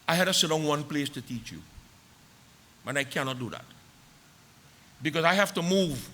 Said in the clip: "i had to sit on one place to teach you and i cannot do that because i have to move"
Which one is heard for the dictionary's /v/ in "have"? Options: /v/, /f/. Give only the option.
/f/